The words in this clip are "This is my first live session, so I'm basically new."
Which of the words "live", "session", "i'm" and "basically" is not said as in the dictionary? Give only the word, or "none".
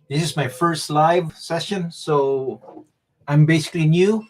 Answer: none